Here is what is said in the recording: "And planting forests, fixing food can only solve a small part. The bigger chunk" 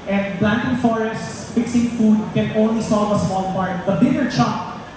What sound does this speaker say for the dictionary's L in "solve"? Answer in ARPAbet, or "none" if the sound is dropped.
none